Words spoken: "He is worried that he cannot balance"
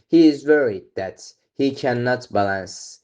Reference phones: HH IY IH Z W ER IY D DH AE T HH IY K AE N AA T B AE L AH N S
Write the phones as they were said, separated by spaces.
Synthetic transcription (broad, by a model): HH IY IH Z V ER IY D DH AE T HH IY K AE N AA T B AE L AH N S